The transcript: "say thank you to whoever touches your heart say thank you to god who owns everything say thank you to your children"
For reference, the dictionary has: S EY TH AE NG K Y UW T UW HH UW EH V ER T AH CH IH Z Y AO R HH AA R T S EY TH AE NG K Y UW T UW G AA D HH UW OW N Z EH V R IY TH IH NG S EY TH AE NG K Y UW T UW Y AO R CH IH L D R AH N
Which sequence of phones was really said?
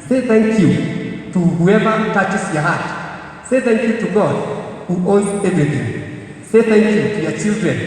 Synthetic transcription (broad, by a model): S EY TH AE NG K Y UW T UW HH UW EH V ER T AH CH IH S Y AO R HH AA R T S EY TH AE NG K Y UW T UW G AA D HH UW OW Z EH V R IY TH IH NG S EY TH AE NG K Y UW T UW Y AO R CH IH L D R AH N